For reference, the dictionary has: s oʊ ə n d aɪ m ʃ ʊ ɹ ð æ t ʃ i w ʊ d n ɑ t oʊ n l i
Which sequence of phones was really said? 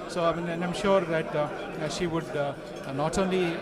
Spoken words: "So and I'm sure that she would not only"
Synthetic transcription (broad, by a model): s oʊ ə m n aɪ m ʃ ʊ ɹ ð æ t ʃ i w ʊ d n ɑ t oʊ n l i